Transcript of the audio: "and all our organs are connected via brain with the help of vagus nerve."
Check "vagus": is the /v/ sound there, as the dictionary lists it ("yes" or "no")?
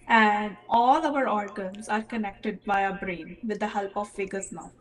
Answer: no